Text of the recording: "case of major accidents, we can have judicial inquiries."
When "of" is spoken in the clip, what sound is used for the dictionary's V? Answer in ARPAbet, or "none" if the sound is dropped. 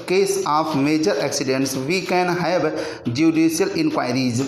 P